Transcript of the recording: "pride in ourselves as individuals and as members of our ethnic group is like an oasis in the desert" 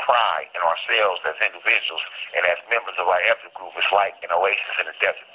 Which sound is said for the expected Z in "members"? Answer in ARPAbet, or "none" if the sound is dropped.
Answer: Z